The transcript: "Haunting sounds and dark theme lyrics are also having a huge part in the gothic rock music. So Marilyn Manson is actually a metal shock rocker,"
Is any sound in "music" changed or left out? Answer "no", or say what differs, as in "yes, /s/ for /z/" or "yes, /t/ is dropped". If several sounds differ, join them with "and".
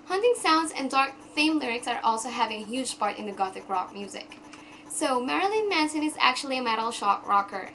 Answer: no